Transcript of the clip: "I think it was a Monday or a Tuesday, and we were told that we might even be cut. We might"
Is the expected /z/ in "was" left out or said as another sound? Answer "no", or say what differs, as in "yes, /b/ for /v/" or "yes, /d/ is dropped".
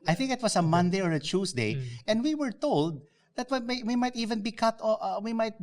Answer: yes, /s/ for /z/